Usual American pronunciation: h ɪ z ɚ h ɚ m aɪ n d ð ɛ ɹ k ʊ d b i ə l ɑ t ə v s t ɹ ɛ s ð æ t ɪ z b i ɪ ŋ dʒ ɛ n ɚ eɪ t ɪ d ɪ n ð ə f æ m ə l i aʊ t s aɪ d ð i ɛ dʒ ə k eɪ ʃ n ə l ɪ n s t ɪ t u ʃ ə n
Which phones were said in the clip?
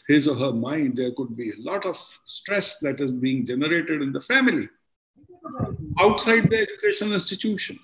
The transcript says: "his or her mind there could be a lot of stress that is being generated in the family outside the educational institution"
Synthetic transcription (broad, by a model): h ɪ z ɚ h ɚ m aɪ n d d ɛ ɹ k ʊ d b i ə l ɑ t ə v s t ɹ ɛ s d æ t ɪ z b i ɪ ŋ dʒ ɛ n ɚ eɪ t ɪ d ɪ n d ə f æ m ə l i aʊ t s aɪ d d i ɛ dʒ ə k eɪ ʃ ə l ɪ n s t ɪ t u ʃ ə n